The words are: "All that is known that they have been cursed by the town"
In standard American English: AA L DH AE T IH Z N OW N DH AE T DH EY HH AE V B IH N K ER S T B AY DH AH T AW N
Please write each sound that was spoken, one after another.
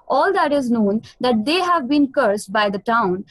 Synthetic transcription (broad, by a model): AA L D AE T IH Z N OW N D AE T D EY HH AE V B IH N K ER S T B AY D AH T AW N